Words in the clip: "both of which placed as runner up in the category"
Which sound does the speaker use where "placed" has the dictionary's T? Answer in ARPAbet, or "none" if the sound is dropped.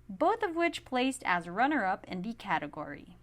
T